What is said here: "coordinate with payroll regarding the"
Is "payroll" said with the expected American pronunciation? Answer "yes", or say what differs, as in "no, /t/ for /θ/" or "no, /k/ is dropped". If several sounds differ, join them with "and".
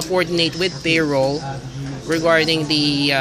no, /b/ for /p/